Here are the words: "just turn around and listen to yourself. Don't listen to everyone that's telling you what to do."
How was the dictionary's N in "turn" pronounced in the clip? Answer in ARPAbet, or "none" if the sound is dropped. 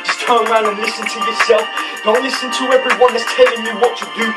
none